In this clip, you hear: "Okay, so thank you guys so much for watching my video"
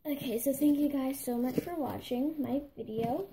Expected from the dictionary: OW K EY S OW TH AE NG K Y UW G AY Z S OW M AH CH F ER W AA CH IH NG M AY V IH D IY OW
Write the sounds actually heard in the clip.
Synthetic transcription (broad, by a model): OW K EY S OW TH AE NG K Y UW G AY Z S OW M AH CH F ER W AA CH IH NG M AY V IH D IY OW